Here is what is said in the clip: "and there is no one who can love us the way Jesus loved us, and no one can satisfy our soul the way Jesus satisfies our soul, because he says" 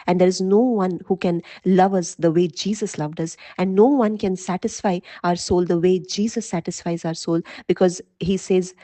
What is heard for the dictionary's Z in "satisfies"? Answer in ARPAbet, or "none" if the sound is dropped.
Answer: Z